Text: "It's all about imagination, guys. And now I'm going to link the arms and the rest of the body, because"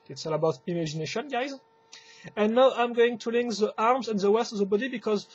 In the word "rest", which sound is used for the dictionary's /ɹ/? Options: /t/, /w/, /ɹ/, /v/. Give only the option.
/w/